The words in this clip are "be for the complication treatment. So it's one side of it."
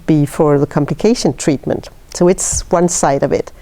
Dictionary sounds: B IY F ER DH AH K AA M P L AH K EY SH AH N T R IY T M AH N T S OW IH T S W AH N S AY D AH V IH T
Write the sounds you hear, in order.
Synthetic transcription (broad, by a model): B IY F ER DH AH K AA M P L AH K EY SH AH N T R IY T M AH N T S OW IH T S W AH N S AY D AH V IH T